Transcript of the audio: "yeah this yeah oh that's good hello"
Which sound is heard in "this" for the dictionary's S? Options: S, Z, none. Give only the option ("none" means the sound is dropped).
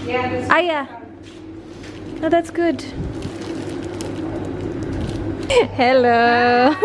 none